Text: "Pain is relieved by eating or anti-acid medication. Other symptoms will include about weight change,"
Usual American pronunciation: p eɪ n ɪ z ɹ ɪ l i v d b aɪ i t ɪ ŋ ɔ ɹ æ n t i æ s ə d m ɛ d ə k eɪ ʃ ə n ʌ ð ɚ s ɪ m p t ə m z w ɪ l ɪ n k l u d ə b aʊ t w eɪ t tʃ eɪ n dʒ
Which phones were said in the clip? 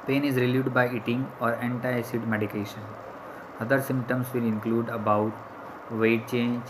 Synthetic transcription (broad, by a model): p eɪ n ɪ z ɹ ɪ l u d b aɪ i t ɪ ŋ ɔ ɹ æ n t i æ s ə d m ɛ d ə k eɪ ʃ ə n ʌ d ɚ s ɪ m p t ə m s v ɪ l ɪ n k l u d ə b aʊ t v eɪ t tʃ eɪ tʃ